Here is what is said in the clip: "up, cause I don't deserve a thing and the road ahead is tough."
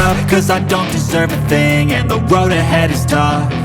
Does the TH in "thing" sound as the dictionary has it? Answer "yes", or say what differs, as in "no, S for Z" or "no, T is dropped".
yes